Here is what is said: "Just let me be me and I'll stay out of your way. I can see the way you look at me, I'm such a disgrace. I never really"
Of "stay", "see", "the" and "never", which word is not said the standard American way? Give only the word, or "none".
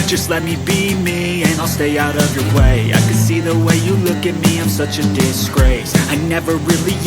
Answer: none